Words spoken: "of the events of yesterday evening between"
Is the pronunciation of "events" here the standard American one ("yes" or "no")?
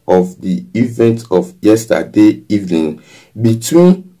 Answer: no